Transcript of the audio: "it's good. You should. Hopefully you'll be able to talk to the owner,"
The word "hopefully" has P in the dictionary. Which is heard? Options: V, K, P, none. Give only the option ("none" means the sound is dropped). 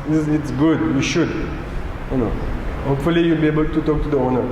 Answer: P